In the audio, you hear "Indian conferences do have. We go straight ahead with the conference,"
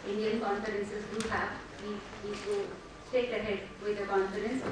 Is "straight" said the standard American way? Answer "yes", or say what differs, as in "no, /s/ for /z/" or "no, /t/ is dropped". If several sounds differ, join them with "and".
no, /ɹ/ is dropped